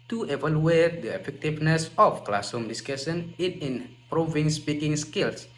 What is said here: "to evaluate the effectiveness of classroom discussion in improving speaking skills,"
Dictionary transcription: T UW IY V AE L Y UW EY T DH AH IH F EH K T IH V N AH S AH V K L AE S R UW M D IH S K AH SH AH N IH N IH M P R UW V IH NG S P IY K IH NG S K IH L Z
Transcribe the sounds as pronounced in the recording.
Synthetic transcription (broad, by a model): T UW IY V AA L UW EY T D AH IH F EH K T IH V N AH S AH F K L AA S UW M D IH S K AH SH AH N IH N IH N P R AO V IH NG S P IY K IH NG S K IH L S